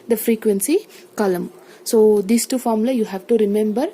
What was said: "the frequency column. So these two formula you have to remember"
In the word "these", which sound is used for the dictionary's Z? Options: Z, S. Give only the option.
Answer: S